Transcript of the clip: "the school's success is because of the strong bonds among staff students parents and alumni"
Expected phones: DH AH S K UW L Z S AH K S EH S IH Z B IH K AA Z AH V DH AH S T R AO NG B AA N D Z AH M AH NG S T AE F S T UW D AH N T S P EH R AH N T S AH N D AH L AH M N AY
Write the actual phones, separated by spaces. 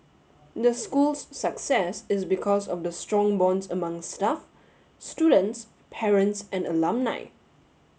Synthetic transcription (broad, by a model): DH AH S K UW L S AH K S EH S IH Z B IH K AA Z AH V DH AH S T R AO NG B AA N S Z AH M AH NG S T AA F S T UW D AH N T S P EH R AH N T S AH N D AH L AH M N AY